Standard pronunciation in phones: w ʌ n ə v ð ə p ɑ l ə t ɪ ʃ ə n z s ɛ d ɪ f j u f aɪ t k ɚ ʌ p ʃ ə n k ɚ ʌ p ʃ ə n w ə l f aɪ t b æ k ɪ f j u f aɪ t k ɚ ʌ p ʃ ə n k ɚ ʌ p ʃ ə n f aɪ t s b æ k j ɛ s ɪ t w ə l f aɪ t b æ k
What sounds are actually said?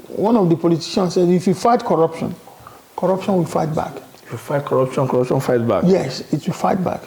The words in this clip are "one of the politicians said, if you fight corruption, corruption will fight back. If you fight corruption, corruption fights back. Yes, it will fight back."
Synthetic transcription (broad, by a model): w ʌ n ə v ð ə p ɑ l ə t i ʃ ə n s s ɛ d ɪ f j u f aɪ t k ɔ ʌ p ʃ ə n k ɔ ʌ p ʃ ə n w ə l f aɪ t b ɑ k ɪ f j u f aɪ t k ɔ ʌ p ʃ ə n k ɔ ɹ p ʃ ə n f aɪ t b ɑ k j ɛ s ɪ t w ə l f aɪ t b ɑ k